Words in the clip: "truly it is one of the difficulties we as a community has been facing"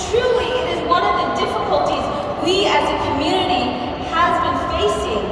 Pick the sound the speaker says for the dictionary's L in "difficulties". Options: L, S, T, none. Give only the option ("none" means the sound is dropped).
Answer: L